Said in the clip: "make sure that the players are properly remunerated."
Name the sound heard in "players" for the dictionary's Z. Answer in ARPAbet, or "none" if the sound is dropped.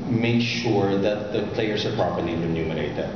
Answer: S